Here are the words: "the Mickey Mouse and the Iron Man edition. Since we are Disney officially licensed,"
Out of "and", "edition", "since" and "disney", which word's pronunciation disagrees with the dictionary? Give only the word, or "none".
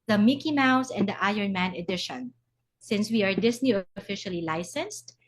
disney